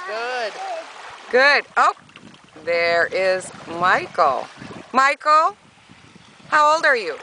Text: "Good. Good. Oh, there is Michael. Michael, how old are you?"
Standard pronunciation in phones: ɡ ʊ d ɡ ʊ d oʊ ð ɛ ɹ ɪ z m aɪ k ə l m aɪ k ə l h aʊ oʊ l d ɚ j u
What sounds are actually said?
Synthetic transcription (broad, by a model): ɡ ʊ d ɡ ʊ d oʊ ð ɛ ɹ ɪ z m aɪ k l m aɪ k l h aʊ oʊ l d ɚ j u